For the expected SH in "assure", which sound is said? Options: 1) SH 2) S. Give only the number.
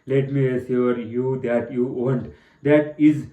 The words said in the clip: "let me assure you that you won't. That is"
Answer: 2